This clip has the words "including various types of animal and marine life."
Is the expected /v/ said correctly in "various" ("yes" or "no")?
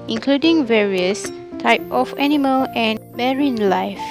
yes